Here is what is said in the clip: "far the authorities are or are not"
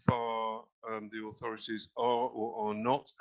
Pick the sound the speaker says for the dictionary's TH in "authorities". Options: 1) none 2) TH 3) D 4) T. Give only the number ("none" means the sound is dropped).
2